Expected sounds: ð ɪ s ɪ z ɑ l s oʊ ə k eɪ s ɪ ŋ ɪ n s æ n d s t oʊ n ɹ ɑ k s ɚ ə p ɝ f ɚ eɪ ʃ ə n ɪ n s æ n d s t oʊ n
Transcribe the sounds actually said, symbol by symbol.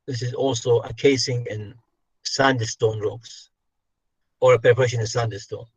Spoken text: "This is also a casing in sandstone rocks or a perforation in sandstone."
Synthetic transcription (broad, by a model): ð ɪ s ɪ z ɑ l s oʊ ə k eɪ s ɪ ŋ ɪ n s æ n d s t oʊ n ɹ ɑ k s ɚ ə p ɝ p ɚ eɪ ʃ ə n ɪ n s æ n d s t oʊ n